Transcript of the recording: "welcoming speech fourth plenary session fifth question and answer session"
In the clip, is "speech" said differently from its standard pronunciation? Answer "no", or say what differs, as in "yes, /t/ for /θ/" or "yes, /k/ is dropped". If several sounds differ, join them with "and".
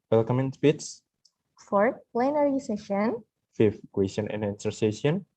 yes, /s/ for /tʃ/